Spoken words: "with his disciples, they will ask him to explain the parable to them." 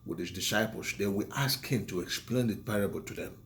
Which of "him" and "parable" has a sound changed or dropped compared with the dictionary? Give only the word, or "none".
none